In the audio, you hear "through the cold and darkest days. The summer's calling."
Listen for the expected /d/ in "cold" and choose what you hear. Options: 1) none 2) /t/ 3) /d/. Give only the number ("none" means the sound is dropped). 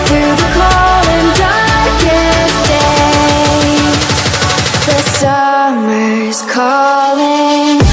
1